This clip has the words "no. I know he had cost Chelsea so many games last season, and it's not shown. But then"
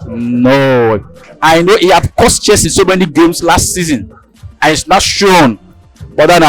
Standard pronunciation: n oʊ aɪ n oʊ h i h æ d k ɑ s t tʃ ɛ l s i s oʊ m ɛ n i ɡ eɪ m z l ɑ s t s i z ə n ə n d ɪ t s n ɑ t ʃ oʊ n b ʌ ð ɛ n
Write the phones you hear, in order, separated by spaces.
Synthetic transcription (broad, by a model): n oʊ aɪ n oʊ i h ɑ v k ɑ s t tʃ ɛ s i s oʊ m ɛ n i ɡ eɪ m s l ɑ s t s i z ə n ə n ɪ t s n ɑ t ʃ oʊ n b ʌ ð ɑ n